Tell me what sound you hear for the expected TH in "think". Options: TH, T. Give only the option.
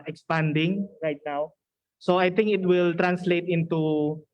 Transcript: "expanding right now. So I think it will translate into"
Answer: T